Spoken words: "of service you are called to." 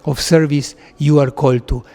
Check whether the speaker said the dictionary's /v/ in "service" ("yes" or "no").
yes